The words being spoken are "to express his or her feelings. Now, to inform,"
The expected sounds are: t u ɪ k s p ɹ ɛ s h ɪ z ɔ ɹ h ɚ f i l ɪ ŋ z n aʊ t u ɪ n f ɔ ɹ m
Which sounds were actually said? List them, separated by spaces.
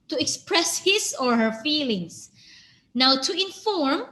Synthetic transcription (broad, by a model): t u ɪ k s p ɹ ɛ s h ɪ s ɔ ɹ h ɚ f i l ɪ ŋ s n aʊ t u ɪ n f ɔ ɹ m